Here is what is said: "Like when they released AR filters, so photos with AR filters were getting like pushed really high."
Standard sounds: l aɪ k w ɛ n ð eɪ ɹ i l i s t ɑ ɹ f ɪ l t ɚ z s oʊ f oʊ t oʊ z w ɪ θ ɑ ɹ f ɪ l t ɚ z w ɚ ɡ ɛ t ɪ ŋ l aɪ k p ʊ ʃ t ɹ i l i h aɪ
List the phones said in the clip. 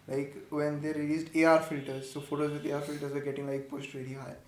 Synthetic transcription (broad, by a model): l aɪ k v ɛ n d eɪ ɹ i l i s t ɑ ɹ f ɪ l t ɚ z s oʊ f oʊ t oʊ z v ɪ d ɑ ɹ f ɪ l t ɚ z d ɡ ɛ t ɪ ŋ l aɪ k p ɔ s t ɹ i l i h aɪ